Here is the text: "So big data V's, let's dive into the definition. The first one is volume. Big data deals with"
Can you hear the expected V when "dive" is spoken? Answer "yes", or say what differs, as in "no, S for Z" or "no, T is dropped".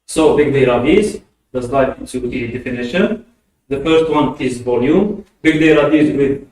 no, V is dropped